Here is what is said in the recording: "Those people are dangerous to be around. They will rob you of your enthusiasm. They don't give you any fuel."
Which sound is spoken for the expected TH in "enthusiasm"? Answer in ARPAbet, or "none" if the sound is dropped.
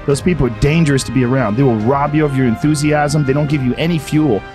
TH